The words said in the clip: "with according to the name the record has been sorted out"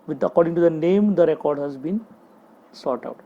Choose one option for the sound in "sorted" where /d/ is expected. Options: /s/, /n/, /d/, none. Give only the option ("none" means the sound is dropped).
none